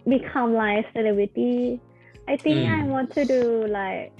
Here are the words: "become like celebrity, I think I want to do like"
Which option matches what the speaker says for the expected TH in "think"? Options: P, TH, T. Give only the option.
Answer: T